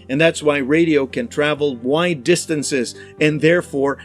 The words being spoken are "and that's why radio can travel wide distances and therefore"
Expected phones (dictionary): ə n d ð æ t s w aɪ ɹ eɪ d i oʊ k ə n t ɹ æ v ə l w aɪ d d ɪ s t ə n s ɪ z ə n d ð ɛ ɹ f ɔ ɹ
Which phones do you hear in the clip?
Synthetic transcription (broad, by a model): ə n ð æ t s w aɪ ɹ eɪ d i oʊ k ə n t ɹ æ v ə l w aɪ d d ɪ s t ə n s ɪ z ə n ð ɛ ɹ f ɔ ɹ